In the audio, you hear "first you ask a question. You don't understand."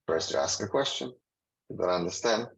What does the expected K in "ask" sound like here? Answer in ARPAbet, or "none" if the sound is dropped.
K